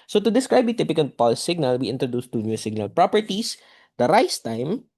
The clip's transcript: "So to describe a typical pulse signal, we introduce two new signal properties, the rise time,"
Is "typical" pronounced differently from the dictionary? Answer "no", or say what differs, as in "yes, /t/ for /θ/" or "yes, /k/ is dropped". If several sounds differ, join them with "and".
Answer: yes, /n/ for /l/